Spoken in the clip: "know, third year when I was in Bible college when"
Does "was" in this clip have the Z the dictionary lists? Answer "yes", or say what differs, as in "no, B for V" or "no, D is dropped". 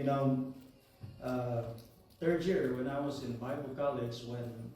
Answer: yes